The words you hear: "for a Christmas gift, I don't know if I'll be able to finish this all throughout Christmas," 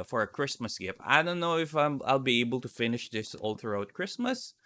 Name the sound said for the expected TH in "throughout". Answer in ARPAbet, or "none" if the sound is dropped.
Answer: T